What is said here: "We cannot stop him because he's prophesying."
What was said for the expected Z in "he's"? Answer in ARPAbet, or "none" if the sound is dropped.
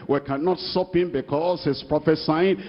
S